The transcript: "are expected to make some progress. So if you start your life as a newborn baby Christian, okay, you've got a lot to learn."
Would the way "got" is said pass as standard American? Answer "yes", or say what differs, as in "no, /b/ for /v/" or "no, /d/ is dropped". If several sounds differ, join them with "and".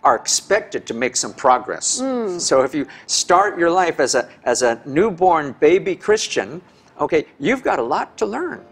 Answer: yes